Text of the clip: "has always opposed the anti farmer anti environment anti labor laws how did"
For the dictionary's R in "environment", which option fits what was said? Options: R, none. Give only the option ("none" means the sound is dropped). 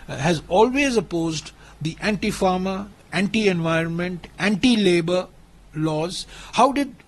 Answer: R